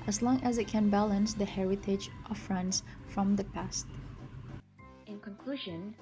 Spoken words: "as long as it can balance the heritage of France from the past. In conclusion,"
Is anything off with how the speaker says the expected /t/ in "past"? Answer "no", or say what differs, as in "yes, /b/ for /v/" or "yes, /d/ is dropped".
no